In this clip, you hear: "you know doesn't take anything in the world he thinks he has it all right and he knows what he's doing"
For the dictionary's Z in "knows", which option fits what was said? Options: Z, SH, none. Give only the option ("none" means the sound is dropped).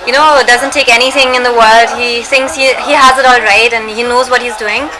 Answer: Z